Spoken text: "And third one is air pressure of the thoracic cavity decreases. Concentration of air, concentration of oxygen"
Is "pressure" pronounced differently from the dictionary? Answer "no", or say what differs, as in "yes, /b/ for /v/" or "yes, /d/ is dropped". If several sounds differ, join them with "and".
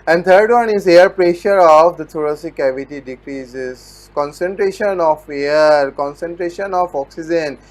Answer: no